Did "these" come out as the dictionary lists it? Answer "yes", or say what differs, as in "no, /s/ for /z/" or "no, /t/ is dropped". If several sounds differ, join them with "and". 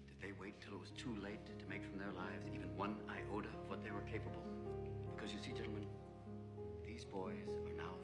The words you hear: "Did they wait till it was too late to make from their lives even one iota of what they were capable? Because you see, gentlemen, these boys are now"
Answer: yes